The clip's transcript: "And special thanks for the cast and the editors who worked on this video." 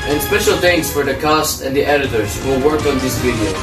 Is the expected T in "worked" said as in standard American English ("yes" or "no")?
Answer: no